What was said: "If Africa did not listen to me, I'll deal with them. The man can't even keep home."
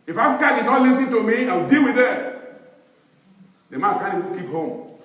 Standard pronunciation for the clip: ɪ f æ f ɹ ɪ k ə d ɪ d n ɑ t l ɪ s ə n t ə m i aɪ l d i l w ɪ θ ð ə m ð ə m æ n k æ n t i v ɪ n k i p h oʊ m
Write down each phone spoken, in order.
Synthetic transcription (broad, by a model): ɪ f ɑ f ɹ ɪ k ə d ɪ d n ɑ t l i s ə n t ə m i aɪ w d i l w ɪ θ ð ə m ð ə m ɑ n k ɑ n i ɪ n k i p h oʊ m